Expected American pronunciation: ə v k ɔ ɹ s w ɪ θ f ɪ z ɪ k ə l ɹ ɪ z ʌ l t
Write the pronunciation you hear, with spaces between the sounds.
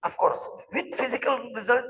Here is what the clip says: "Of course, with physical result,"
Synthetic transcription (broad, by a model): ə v k ɔ ɹ s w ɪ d f ɪ z ɪ k ə l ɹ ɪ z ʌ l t